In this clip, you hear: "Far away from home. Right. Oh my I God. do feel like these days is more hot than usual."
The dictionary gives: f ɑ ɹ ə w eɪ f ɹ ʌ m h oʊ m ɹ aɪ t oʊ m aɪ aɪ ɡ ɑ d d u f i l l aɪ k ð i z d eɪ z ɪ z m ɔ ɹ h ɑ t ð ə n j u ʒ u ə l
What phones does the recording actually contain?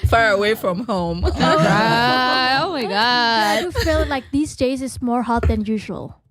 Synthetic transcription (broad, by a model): f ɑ ɹ ə w eɪ f ɹ ʌ m h oʊ m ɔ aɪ oʊ m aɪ aɪ ɡ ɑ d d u f i l l aɪ k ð i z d eɪ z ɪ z m ɔ ɹ h ɑ t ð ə n j u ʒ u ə l